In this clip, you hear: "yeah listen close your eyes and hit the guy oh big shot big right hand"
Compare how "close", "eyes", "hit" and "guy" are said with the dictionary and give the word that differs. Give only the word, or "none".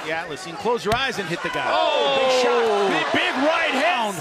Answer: none